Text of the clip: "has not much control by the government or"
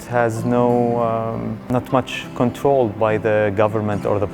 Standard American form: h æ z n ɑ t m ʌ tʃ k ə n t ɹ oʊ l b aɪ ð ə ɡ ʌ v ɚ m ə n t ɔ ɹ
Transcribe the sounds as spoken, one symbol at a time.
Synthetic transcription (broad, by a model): h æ z n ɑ t m ʌ tʃ k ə n t ɹ oʊ l b aɪ ð ə ɡ ʌ v ɚ m ə n t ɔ ɹ